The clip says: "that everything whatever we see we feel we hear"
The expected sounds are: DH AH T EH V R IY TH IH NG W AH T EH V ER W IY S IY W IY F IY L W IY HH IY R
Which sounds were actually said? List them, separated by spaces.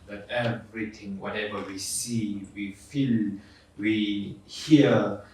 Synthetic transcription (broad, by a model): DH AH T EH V R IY T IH NG W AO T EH V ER W IY S IY W IY F IY L W IY HH IY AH